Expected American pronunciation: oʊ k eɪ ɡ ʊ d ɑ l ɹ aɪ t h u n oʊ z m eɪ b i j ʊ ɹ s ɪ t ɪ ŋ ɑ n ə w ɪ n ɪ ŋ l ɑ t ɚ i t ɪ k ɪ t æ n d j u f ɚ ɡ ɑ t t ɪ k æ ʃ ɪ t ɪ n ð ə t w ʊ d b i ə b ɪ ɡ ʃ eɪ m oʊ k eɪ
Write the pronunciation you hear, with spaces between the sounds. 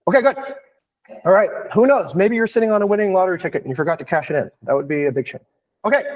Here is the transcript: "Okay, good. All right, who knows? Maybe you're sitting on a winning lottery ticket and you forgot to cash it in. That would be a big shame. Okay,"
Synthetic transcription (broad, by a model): oʊ k eɪ ɡ ʊ d ɑ l ɹ aɪ t h u n oʊ z m eɪ b i j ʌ ɹ s ɪ t ɪ ŋ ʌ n ə w ɪ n ɪ ŋ l ɑ t ɚ i t ɪ k ɪ t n j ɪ f ɚ ɡ ɑ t t ɪ k æ ʃ ɪ t ɪ n ð ə t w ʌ d b i ə b ɪ ɡ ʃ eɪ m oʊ k eɪ